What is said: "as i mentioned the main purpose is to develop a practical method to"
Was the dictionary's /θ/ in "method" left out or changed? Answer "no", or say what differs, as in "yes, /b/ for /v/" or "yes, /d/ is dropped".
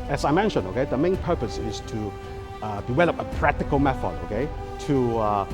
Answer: yes, /t/ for /θ/